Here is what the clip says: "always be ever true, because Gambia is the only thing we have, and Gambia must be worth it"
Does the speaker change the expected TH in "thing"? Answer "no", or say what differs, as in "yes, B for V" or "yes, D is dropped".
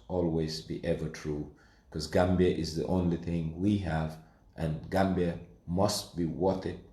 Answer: no